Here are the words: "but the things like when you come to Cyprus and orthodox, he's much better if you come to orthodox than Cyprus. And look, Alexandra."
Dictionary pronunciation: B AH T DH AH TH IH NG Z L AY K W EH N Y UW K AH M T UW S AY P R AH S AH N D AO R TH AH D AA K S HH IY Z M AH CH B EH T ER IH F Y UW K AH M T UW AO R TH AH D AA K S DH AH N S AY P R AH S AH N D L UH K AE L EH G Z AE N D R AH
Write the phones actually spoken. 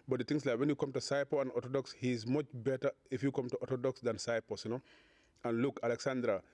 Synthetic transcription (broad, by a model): B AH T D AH T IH NG S L AY K W EH N Y UW K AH M T UW S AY P AH AH N D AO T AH D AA K S HH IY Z M AH CH B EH T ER IH F Y UW K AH M T UW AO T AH D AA K S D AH N S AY P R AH S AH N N L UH K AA L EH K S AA N D R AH